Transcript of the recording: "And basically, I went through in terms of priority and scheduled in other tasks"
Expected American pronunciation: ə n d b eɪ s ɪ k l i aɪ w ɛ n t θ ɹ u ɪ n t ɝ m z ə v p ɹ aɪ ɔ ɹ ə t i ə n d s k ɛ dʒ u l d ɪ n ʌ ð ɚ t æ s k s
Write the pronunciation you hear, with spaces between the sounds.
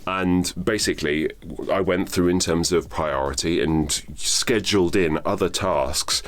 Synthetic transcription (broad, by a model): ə n b eɪ s ɪ k l i aɪ w ɛ n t θ ɹ u ɪ n t ɝ m z ə v p ɹ aɪ ɔ ɹ ə t i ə n s k ɛ dʒ u l d ɪ n ʌ ð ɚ t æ s k s